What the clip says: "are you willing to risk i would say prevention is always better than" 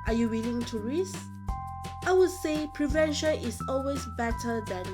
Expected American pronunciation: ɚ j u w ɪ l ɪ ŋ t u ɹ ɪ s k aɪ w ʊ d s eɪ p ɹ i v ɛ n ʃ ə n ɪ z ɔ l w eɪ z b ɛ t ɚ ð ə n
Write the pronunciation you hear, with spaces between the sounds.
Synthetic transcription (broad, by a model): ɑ j u w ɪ l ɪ ŋ t u ɹ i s aɪ w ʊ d s eɪ p ɹ i v ɛ n ʃ ə n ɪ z ɔ l w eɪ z b ɛ t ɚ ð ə n